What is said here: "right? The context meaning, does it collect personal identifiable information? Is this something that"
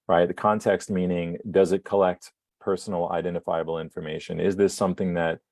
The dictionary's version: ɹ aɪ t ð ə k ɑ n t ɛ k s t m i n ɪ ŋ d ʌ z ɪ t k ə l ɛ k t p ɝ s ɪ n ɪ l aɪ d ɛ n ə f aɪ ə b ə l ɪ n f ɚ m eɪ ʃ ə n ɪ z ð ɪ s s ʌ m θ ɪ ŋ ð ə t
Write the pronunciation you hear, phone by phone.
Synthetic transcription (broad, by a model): ɹ aɪ t ð ə k ɑ n t ɛ k s t m i n ɪ ŋ d ʌ z ɪ t k ə l ɛ k t p ɝ s n l aɪ d ɛ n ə f aɪ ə b l ɪ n f ɚ m eɪ ʃ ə n ɪ z ð ɪ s s ʌ m θ ɪ ŋ ð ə t